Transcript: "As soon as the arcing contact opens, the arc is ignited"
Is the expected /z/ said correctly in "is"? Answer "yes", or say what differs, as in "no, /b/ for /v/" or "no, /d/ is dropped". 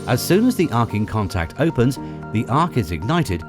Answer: yes